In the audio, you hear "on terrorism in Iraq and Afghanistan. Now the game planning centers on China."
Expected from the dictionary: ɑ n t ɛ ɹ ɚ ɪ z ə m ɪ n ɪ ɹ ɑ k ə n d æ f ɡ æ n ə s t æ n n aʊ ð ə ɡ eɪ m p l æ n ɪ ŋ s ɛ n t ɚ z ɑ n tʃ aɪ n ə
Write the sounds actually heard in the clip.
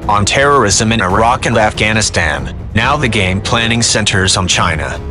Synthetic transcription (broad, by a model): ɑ n t ɛ ɹ ɚ ɪ z ə m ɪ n ɪ ɹ ɑ k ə n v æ f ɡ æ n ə s t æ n n aʊ ð ə ɡ eɪ m p l æ n ɪ ŋ s ɛ n t ɚ z n tʃ aɪ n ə